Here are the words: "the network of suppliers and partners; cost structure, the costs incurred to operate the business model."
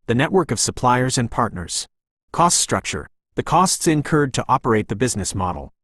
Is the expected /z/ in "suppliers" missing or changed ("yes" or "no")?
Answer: no